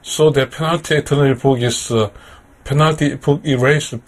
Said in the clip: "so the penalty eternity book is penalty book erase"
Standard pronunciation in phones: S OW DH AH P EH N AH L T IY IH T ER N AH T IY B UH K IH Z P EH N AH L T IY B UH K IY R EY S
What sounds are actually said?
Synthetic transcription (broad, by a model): S OW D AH P EH N AH L T IY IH T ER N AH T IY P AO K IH S P EH N AH L T IY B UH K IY R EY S